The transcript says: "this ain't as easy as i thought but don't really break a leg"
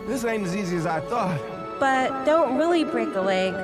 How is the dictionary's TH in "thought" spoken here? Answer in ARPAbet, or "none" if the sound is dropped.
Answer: TH